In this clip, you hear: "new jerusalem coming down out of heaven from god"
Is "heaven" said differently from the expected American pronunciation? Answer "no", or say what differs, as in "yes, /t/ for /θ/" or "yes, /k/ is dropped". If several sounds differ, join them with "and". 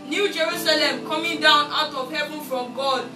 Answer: yes, /b/ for /v/